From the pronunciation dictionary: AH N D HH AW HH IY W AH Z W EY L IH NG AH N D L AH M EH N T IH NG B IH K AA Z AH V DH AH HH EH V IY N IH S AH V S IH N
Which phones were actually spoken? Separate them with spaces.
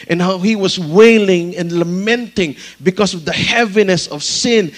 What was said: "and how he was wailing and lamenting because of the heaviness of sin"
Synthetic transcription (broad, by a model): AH N HH AW HH IY W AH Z W EY L IH NG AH N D L AH M EH N T IH NG B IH K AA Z AH V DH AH HH EH V IY N IH S AH V S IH N